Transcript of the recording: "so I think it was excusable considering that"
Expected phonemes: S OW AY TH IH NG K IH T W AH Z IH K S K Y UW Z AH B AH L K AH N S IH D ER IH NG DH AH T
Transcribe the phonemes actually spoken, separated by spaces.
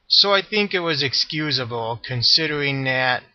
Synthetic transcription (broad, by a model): S OW AY TH IH NG K IH T W AH Z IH K S K Y UW Z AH B L K AH N S IH D ER IH NG DH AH T